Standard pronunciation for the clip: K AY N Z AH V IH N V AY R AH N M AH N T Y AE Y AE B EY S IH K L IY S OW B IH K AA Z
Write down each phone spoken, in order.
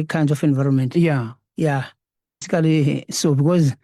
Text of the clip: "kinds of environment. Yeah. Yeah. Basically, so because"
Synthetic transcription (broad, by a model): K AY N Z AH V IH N V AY R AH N M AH N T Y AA Y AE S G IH L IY S OW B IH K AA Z